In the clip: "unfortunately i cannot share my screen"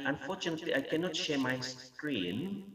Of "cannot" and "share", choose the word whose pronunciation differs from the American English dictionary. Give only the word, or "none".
none